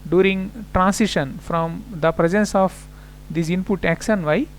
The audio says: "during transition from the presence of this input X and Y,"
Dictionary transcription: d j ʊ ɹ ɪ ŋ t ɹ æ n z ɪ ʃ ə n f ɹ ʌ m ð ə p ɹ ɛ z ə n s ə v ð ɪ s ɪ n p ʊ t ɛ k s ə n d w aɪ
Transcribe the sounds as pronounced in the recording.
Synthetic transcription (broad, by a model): d j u ɹ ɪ ŋ t ɹ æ n s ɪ ʃ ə n f ɹ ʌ m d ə p ɹ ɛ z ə n s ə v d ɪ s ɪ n p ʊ t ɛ k ʃ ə n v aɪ